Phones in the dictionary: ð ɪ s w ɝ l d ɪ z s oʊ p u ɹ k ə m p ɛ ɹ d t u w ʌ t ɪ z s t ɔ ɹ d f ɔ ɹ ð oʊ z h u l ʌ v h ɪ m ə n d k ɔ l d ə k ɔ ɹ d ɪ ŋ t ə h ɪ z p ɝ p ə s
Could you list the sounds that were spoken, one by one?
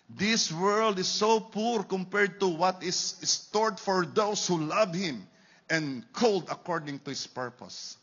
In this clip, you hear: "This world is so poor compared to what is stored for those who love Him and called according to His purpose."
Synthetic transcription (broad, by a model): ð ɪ s w ɝ l d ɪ s oʊ p u ɹ k ə m p ɛ ɹ d t u w ʌ t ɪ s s t ɔ ɹ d f ɔ ɹ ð oʊ s h u l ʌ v h ɪ m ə n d k ɔ l d ə k ɔ ɹ d ɪ ŋ t ə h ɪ s p ɝ p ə s